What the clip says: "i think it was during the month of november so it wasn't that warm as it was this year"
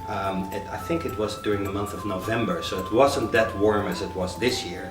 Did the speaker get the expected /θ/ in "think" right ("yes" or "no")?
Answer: yes